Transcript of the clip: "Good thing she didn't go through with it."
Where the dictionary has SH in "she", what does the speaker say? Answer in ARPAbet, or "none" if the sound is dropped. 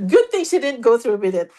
S